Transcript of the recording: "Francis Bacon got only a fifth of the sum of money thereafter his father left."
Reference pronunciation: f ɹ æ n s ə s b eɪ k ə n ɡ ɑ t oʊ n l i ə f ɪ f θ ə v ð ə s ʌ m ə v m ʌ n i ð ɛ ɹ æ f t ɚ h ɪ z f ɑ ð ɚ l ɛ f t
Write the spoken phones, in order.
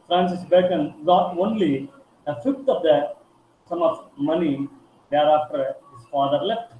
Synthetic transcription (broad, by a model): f ɹ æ n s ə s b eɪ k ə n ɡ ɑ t oʊ n l i ə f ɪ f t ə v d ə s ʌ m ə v m ʌ n i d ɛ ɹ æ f t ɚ h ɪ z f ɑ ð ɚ l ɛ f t